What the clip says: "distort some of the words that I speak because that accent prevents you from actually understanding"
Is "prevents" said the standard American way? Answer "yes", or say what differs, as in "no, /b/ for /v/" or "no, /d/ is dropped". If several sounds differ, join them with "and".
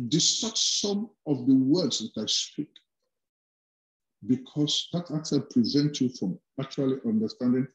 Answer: no, /s/ is dropped